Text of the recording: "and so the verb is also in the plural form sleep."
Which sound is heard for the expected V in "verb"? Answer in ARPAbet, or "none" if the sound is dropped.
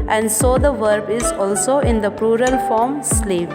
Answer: V